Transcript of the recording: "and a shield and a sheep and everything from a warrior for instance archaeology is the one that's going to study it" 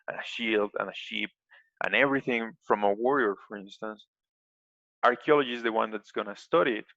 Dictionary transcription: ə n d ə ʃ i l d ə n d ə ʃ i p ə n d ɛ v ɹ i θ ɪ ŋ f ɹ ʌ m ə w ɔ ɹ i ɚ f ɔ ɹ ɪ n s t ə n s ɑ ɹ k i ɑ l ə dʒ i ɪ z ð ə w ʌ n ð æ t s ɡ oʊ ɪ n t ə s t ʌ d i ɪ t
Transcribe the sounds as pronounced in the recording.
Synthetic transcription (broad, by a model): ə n ə ʃ i l d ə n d ə ʃ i p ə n ɛ v ɹ i θ ɪ ŋ f ɹ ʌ m ə w ɔ ɹ i ɚ f ɔ ɹ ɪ n s t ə n s ɑ ɹ k i ɑ l ə dʒ i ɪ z ð ə w ʌ n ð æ t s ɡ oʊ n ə s t ʌ d i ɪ t